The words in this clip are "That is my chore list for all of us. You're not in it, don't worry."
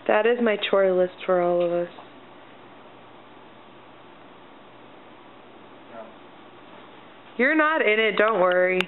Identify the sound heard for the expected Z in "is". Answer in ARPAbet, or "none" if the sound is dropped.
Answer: Z